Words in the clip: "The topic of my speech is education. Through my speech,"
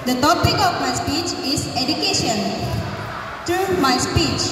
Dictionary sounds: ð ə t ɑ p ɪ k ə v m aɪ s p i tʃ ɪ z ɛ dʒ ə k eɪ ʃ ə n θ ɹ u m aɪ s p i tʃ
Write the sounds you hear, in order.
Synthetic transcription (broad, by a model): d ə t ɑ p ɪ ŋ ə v m aɪ s p i tʃ ɪ z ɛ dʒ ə k eɪ ʃ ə n t ɹ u m aɪ s p i tʃ